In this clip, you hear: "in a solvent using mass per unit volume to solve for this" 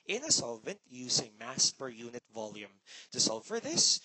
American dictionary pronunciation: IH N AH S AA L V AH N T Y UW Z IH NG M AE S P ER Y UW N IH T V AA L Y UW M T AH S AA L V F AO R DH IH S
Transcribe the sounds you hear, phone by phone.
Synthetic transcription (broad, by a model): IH N AH S AA L V AH N T Y UW S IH NG M AE S P ER Y UW N IH T V AA L Y UW M T AH S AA L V F AO R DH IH S